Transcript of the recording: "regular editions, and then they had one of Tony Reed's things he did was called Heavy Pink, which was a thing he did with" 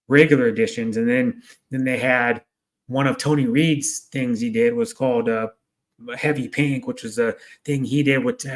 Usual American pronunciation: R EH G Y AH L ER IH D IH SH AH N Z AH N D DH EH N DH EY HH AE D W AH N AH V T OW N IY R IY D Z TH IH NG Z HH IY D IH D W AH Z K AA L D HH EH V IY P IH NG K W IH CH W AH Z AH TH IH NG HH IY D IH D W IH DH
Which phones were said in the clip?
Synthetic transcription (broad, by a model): R EH G Y L ER IH D IH SH AH N Z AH N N DH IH N DH EY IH D W AH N AH V T OW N IY R IY D Z TH IH NG Z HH IY D IH D W AH Z K AA L D HH EH V IY P IH NG K W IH CH W AH Z AH TH IH NG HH IY D IH D W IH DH